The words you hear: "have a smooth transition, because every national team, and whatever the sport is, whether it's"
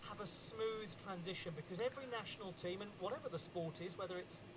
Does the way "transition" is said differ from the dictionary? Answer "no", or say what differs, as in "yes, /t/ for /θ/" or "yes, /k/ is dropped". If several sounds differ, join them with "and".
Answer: no